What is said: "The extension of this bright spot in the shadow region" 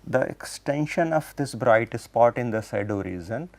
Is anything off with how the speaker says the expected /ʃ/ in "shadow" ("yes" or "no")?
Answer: yes